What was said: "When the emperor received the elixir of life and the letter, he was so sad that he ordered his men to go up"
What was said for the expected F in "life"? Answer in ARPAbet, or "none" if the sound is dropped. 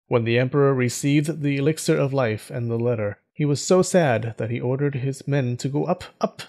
F